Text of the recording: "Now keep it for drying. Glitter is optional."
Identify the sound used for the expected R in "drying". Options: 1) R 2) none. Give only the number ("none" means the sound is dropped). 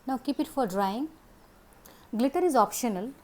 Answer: 1